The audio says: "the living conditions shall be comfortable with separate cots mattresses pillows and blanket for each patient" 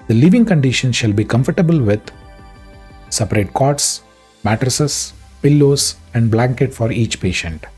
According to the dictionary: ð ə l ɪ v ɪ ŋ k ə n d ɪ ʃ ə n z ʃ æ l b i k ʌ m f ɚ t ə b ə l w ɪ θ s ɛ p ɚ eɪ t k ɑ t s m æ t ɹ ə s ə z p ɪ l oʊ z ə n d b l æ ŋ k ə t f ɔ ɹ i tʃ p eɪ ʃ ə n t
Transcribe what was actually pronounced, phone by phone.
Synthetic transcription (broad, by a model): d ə l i v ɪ ŋ k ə n d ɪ ʃ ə n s ʃ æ l b i k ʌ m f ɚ t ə b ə l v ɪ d s ɛ p ɚ eɪ t k ɑ t s m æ t ɹ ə s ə s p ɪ l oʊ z ə n d b l æ ŋ k ə t f ɔ ɹ i tʃ p eɪ ʃ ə n t